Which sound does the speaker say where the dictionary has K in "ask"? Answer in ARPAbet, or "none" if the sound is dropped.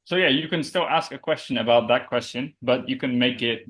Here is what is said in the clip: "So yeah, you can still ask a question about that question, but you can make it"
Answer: K